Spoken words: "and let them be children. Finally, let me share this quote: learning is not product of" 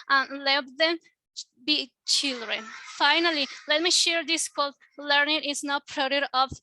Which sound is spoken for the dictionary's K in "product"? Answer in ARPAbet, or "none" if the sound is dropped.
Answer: none